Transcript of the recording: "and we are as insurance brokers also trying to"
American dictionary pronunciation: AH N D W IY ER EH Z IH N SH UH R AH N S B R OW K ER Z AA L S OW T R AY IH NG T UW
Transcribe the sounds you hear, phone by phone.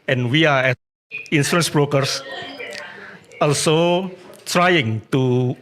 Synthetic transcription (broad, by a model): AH N W IY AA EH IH N S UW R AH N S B R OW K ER S AA L S OW T R AY IH NG T UW